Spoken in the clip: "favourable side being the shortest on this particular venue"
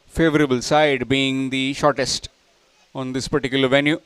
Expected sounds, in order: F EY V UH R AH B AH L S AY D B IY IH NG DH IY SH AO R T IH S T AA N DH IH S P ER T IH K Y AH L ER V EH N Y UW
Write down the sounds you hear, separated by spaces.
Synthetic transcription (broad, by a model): F EY V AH R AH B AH L S AY D B IY IH NG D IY SH AO R T IH S T AA N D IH S P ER T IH K Y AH L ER V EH N Y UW